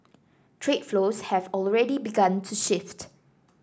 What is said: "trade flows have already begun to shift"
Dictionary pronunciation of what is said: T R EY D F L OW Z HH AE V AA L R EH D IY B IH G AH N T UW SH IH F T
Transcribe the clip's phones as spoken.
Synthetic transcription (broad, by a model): T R EY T F L OW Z HH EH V AA L R EH D IY B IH G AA N T UW SH IH F T